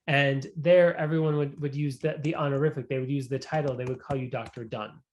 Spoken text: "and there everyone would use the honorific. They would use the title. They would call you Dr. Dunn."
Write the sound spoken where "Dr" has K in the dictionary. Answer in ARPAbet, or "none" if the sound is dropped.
K